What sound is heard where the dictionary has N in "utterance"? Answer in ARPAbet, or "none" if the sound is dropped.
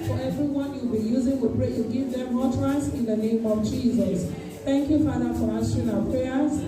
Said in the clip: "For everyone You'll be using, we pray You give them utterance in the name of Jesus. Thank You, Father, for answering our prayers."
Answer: none